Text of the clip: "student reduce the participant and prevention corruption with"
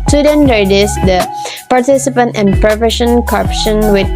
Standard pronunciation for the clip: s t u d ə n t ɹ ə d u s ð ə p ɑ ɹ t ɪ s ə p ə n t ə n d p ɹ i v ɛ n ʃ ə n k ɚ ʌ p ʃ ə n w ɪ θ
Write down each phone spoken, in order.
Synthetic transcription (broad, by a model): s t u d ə n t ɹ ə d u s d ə p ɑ ɹ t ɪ s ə p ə n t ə n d p ɹ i f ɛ ʃ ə n k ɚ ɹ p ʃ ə n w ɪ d